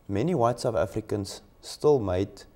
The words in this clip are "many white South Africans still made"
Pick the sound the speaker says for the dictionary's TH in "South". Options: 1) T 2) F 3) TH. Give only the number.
2